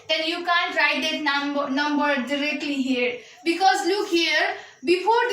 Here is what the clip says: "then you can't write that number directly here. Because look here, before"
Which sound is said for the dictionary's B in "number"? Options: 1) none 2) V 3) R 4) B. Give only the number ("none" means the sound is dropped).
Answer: 4